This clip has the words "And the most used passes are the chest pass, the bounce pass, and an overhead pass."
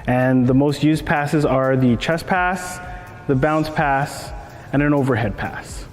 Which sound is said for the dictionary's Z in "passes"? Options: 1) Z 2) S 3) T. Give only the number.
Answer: 1